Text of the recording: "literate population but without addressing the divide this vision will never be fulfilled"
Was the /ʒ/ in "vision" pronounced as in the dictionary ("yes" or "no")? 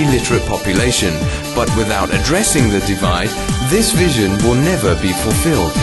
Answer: yes